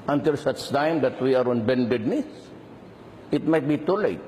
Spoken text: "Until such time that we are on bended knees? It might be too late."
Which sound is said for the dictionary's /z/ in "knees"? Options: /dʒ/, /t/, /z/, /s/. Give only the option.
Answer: /s/